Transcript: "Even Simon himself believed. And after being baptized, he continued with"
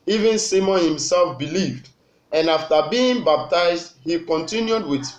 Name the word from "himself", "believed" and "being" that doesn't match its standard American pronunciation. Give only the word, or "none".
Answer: none